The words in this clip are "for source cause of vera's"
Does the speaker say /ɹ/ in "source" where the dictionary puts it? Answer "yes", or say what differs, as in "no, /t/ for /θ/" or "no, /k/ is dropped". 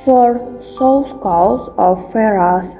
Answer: no, /l/ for /ɹ/